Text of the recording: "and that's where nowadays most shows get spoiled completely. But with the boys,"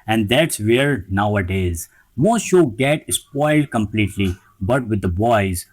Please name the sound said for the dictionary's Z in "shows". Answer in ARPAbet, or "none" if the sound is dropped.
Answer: none